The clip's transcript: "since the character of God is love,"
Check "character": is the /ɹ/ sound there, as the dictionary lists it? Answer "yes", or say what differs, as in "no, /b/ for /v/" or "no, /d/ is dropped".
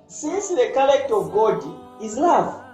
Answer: no, /l/ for /ɹ/